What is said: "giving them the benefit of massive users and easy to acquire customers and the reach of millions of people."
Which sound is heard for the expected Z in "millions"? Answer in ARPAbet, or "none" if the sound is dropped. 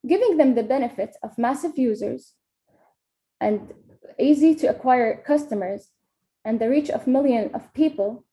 none